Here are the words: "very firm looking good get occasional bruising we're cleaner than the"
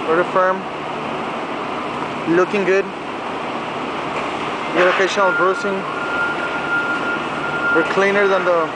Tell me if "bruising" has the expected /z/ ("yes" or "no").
no